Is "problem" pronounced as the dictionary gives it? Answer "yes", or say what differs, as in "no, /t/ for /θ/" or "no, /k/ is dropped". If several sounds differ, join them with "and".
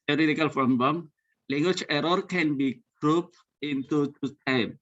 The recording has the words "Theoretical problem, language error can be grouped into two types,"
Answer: no, /f/ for /p/